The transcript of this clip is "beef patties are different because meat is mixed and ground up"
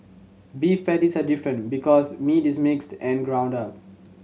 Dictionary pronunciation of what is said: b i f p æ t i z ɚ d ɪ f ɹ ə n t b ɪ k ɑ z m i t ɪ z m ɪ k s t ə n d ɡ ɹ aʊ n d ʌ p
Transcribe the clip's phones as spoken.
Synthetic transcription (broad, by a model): b i f p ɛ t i s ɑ d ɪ f ɹ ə n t b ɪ k ɑ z m i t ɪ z m ɪ k s t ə n ɡ ɹ aʊ n d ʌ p